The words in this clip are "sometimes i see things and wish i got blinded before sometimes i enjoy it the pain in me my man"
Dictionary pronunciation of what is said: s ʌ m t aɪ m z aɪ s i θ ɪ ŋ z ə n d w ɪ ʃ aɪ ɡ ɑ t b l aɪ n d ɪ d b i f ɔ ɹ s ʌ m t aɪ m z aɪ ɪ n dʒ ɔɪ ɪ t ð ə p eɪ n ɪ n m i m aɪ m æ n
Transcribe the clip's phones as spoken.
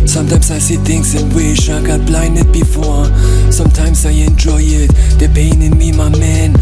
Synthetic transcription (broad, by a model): s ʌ m t aɪ m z aɪ s i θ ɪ ŋ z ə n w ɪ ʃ aɪ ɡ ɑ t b l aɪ n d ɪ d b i f ɔ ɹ s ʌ m t aɪ m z aɪ ɪ n dʒ ɔɪ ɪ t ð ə p eɪ n ɪ n m i m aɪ m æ n